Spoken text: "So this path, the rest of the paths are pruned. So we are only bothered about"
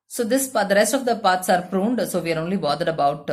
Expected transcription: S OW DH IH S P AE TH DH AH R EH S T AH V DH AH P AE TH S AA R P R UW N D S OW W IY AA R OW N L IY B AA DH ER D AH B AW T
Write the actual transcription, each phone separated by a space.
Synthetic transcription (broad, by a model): S OW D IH S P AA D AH R EH S T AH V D AH P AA T S AA R P R UW N D S OW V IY R OW N L IY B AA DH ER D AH B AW T